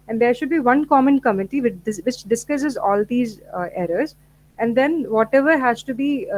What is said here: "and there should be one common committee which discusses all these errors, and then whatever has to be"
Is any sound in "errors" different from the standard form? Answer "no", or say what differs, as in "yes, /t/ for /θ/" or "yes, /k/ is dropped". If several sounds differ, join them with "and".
no